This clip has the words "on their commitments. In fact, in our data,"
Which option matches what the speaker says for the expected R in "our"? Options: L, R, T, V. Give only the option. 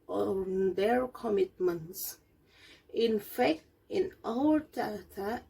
L